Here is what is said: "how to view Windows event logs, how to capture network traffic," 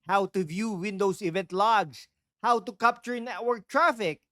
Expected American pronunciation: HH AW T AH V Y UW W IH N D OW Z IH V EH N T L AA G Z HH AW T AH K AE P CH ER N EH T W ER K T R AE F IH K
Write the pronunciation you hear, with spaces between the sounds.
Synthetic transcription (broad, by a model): HH AW T AH V Y UW W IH N D OW S IH V EH N T L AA G S HH AW T AH K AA P CH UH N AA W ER T R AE F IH K